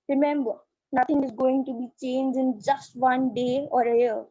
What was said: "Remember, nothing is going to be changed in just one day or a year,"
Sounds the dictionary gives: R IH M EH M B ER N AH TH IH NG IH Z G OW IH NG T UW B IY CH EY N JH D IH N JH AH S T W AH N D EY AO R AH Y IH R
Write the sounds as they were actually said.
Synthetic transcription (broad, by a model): R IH M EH M B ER N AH T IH NG IH Z G OW IH NG T UW B IY CH EY N JH IH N JH AH S T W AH N D EY AO R AH Y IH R